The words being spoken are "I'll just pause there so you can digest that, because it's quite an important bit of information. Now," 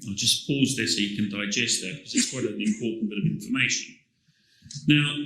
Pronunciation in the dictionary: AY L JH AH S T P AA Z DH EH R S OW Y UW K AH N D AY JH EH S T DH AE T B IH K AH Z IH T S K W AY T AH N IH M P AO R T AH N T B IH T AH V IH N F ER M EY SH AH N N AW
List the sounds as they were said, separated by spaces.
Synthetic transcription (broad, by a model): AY JH AH S P AA Z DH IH S OW Y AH K AH N D AY JH EH S T DH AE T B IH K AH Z IH T S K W AY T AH L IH M P AO T N B IH T AH V IH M F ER M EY SH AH N N AW